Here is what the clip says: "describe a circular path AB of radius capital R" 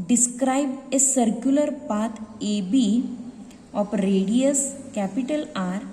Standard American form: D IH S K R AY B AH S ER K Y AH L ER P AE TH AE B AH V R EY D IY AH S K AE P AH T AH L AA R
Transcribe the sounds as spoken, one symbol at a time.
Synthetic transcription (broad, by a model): D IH S K R AY B AH S ER K Y AH L ER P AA T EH B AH P R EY D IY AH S K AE P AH T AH L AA R